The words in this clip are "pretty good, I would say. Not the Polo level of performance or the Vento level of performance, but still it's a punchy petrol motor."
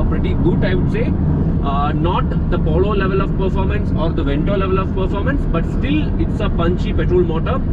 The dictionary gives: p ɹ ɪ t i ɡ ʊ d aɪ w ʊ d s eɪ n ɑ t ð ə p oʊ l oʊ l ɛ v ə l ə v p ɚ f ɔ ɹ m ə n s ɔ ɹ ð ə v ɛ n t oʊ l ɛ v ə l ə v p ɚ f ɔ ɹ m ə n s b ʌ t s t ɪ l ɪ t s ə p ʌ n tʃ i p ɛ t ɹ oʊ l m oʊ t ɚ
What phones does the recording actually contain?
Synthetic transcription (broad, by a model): p ɹ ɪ t i ɡ ʊ d aɪ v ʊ d s eɪ n ɑ t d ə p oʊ l oʊ l ɛ v ə l ə v p ɚ f ɔ ɹ m ə n s ɔ ɹ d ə v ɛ n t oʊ l ɛ v ə l ə v p ɚ f ɔ ɹ m ə n s b ʌ t s t ɪ l ɪ t s ə p ʌ n tʃ i p ɛ t ɹ oʊ l m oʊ t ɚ